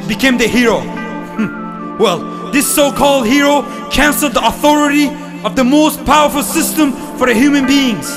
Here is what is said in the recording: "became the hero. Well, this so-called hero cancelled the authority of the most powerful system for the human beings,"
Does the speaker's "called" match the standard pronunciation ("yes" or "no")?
yes